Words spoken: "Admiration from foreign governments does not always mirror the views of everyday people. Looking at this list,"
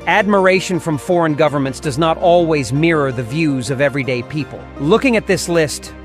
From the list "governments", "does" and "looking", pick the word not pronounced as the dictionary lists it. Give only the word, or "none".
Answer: none